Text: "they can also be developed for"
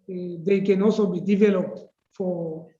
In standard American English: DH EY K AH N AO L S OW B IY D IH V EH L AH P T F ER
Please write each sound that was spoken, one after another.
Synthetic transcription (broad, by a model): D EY K AH N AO S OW B IY D IH V EH L AH P T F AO